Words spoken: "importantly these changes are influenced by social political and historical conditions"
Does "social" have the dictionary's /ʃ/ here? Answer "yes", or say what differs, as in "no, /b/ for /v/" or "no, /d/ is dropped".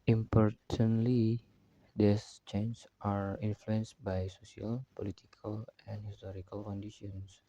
no, /s/ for /ʃ/